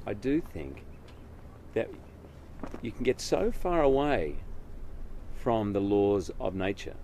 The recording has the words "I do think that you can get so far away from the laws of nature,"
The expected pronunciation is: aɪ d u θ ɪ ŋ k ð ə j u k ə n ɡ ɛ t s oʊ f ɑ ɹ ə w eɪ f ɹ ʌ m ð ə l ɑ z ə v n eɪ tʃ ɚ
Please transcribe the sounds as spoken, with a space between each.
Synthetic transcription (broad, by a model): aɪ d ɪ θ ɪ ŋ k ð ə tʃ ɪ k n ɡ ɛ t s oʊ f ɑ ɹ ə w eɪ f ɹ ʌ m ð ə l ɑ z ə v n eɪ tʃ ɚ